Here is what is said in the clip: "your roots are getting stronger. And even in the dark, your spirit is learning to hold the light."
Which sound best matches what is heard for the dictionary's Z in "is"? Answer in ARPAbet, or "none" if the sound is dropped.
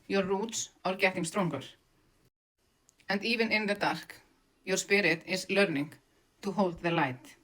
S